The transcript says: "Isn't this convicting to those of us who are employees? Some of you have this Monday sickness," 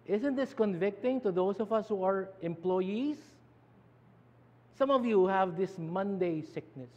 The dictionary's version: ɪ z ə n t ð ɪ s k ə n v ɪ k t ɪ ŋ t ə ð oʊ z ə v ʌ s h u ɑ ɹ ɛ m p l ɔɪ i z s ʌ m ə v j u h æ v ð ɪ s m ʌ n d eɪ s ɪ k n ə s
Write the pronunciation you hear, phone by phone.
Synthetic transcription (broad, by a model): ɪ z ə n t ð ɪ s k ə n v ɪ k t ɪ ŋ t ə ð oʊ s ə v ʌ s h u ɑ ɹ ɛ m p l ɔɪ i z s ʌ m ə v j u h æ v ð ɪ s m ʌ n d eɪ s ɪ k n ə s